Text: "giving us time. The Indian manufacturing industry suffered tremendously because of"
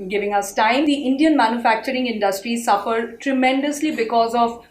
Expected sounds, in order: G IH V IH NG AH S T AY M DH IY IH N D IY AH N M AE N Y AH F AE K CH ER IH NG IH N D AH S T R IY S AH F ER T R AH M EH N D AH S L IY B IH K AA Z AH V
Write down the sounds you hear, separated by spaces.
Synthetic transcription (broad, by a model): G IH V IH NG AH S T AY M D IY IH N D IY AH N M AE N Y AH F AE K CH ER IH NG IH N D AH S T R IY S AH F ER T R AH M EH N D AH S L IY B IH K AA Z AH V